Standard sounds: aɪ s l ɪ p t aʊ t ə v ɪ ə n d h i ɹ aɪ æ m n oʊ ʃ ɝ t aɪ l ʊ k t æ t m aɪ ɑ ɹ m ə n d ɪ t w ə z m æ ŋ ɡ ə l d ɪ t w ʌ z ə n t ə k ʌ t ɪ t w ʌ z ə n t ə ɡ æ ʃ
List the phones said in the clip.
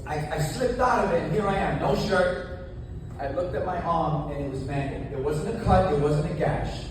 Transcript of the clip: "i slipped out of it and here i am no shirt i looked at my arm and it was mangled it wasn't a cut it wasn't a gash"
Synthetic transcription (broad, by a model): aɪ s l ɪ p t aʊ t ə v ɪ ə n h i ɹ aɪ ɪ m n oʊ ʃ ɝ t aɪ l ʊ k t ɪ t m aɪ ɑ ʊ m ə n ɪ t w ə z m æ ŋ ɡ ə d ɪ t w ʌ z ə n t ə k ʌ t ɪ t w ʌ z ə n t ə ɡ æ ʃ